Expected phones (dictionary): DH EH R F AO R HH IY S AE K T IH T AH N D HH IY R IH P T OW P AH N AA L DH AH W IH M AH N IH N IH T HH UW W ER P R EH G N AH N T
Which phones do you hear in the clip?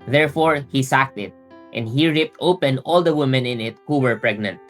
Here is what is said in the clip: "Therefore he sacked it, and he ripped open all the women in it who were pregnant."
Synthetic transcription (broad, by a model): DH EH R F AO R HH IY S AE K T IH T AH N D HH IY R IH P T OW P AH N AA L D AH W IH M AH N IH N IH T HH UW W ER P R EH G N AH N T